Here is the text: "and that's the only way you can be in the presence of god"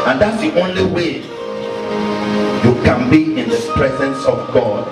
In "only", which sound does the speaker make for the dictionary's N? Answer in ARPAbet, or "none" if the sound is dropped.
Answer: N